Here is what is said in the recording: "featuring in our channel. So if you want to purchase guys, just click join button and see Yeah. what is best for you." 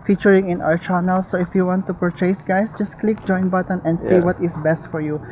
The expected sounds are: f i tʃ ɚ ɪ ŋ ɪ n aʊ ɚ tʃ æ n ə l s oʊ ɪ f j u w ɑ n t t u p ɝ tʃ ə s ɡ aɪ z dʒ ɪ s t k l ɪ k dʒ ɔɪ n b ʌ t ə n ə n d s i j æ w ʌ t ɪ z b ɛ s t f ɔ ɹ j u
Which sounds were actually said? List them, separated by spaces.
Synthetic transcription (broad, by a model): f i tʃ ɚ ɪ ŋ ɪ n aʊ ɚ tʃ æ n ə l s oʊ ɪ f j u w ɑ n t t u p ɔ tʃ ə s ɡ aɪ s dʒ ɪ s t k l ɪ k dʒ ɔɪ n b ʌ t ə n ə n d s i w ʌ t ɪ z b ɛ s t f ɔ ɹ j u